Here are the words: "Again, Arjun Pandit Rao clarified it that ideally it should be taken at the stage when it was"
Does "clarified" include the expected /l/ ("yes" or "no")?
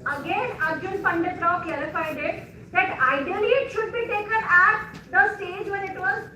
no